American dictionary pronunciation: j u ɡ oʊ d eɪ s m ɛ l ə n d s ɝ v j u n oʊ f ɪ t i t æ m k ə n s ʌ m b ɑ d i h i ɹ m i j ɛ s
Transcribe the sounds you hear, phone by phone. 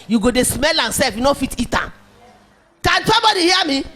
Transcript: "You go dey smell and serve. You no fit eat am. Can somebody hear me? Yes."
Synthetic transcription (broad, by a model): j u ɡ oʊ d eɪ s m ɛ l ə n s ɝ f j u n oʊ f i t i t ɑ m k ə n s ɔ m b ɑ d i h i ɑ m i